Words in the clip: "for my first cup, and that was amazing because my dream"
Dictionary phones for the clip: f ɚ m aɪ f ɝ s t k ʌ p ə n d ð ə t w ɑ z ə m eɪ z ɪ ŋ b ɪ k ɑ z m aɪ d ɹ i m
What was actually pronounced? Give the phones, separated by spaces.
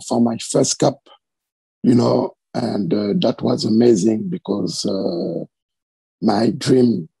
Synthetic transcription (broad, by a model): f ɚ m aɪ f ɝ s t k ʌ p ə n d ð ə t w ɑ z ə m eɪ z ɪ ŋ b ɪ k ɑ z m aɪ d ɹ i m